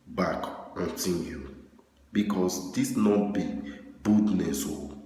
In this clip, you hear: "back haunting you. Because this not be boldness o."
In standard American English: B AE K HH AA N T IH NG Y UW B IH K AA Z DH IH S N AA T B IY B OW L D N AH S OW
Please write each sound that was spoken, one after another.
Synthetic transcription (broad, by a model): B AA K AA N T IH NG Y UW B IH K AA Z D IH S N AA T B IY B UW D N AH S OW